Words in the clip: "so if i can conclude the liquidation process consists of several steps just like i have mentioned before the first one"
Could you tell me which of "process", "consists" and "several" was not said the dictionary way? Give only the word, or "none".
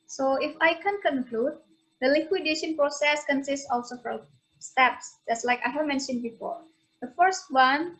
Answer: several